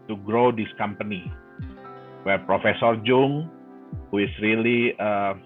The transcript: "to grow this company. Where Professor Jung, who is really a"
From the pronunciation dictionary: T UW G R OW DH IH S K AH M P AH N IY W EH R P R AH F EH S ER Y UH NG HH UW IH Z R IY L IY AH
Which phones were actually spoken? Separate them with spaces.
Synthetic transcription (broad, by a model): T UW G R OW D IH S K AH M P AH N IY W EH R P R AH F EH S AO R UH NG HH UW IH S R IY L IY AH